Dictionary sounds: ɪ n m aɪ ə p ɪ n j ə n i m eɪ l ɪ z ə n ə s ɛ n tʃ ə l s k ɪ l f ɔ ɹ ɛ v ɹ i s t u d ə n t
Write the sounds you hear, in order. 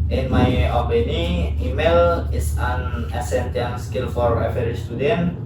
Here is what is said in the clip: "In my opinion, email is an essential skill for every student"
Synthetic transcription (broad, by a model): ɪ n m aɪ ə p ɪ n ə i m eɪ l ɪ s ə n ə s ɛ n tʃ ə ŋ s k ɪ l f ɔ ɹ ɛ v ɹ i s t u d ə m